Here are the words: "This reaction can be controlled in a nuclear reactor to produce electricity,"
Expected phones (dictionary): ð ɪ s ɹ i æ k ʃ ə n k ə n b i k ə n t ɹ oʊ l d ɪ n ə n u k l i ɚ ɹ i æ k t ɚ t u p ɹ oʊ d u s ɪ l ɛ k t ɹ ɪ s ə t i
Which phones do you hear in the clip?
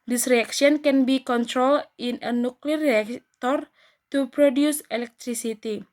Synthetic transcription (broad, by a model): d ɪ s ɹ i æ k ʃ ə n k ə n b i k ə n t ɹ oʊ l ɪ n ə n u k l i ɹ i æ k t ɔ t u p ɹ oʊ d u s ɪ l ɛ k t ɹ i s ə t i